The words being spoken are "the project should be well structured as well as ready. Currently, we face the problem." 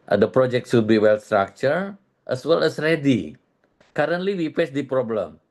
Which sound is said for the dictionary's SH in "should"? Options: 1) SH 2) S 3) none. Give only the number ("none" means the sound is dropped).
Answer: 2